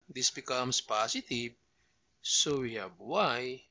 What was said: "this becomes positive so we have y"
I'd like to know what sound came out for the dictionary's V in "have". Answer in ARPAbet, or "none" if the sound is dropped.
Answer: B